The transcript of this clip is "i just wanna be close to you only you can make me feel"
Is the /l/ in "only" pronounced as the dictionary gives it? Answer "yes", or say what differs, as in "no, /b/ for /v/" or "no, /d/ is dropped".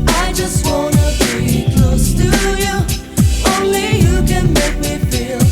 yes